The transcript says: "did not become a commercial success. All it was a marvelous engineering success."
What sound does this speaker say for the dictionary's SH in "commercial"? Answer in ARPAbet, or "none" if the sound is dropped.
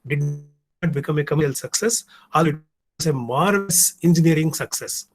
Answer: none